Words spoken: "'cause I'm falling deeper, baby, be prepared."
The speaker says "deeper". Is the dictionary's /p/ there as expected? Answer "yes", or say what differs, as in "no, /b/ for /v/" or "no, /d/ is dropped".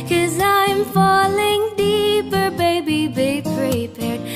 yes